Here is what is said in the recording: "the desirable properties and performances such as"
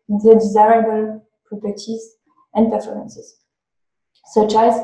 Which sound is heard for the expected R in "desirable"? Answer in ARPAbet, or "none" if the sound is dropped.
R